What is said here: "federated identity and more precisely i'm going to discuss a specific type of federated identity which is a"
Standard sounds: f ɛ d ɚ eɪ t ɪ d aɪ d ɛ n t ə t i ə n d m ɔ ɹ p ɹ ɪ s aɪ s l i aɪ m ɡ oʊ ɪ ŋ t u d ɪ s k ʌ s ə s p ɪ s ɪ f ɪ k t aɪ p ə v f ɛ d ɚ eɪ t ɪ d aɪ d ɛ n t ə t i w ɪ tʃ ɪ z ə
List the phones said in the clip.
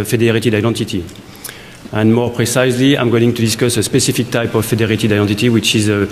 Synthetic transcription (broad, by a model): f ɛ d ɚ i t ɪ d aɪ d ɛ n t ə t i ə n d m ɔ ɹ p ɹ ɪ s aɪ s l i aɪ m ɡ oʊ ɪ ŋ t u d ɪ s k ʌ s ə s p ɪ s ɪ f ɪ k t aɪ p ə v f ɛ d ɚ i t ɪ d aɪ d ɛ n t ə t i w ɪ tʃ ɪ z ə